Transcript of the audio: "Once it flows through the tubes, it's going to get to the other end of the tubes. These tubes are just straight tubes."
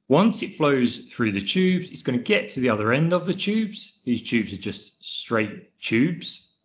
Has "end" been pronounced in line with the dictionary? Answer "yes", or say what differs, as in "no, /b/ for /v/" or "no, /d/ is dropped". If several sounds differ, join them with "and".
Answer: yes